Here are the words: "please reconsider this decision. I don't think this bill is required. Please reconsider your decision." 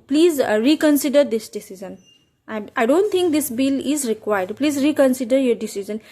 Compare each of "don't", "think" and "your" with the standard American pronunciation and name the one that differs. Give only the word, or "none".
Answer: think